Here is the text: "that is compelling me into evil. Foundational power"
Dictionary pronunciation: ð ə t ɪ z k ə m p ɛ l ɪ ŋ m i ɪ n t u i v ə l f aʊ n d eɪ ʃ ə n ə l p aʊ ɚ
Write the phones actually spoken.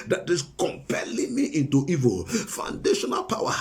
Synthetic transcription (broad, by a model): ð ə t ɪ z k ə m p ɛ l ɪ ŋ m i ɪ n t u i v ə l f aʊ n d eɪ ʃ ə n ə l p aʊ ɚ